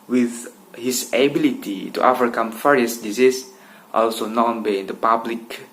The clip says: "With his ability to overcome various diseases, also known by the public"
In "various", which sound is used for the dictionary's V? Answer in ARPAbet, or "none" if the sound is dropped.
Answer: F